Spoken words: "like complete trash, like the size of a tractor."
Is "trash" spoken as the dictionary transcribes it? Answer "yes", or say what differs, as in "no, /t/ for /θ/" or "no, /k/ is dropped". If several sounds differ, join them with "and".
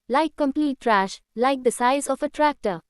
yes